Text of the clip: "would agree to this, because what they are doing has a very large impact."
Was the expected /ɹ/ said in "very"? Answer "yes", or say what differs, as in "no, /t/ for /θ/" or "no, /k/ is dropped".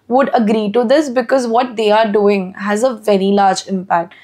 yes